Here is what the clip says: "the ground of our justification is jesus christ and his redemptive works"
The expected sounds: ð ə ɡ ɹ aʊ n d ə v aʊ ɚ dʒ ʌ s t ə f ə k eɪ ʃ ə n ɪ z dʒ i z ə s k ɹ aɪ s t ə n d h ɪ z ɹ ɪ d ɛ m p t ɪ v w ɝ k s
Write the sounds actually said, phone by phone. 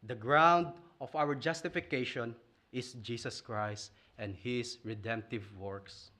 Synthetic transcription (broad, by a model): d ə ɡ ɹ aʊ n d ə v aʊ ɚ dʒ ʌ s t ə f ə k eɪ ʃ ə n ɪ s dʒ i s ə s k ɹ aɪ s t ə n d h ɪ s ɹ ɪ d ɛ m p t ɪ v w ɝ k s